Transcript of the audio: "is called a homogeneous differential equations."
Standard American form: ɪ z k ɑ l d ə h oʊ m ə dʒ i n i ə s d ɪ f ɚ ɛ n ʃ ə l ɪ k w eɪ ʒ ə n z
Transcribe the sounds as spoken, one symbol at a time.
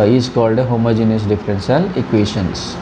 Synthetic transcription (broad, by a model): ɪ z k ɑ l d ə h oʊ m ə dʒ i n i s d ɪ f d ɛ n s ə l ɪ k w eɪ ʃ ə n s